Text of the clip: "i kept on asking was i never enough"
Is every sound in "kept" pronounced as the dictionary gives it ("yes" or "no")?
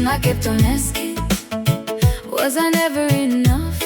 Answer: no